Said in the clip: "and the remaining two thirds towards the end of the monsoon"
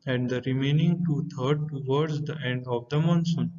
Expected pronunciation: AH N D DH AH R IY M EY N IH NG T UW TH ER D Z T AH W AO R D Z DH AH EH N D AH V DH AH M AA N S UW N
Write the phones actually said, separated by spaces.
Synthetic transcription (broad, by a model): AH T D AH R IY M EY N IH NG T UW T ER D T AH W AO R D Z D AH EH N D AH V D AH M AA N S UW N